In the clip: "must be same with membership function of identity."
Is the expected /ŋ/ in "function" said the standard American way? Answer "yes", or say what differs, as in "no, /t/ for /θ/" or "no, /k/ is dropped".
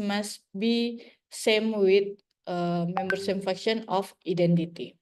no, /ŋ/ is dropped